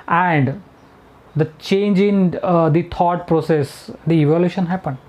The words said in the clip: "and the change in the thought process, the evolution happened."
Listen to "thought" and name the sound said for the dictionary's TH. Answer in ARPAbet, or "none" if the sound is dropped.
T